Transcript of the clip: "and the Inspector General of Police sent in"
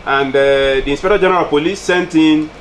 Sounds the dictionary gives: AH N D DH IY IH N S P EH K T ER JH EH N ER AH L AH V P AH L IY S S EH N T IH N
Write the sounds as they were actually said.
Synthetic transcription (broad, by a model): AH N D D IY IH N S P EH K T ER JH EH N ER AH L P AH L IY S S EH N T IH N